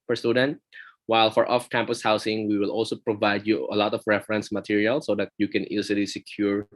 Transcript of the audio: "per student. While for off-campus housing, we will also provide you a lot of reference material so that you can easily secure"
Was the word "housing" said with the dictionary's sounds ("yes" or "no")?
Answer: no